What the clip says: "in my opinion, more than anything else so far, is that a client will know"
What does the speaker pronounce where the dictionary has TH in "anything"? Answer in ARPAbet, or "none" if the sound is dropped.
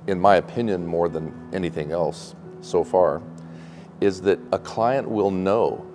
TH